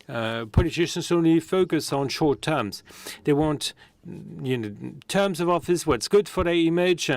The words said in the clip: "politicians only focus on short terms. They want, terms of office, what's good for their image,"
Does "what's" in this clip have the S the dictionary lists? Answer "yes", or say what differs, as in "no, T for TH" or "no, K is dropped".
yes